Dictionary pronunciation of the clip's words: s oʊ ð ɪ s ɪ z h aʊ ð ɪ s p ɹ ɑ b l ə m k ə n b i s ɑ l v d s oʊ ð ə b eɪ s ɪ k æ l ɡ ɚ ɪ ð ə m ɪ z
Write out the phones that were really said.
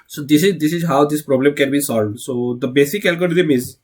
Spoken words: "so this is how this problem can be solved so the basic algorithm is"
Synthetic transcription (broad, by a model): s oʊ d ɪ s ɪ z h aʊ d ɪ s p ɹ ɑ b l ə m k ə n b i s ɑ l v d s oʊ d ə b eɪ s ɪ k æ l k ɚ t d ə m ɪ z